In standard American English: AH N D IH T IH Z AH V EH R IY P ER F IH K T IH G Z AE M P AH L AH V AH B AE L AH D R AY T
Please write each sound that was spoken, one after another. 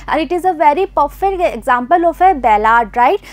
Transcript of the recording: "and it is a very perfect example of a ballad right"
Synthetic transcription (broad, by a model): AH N IH T IH Z AH V EH R IY P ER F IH T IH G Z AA M P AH L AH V AH B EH L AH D R AY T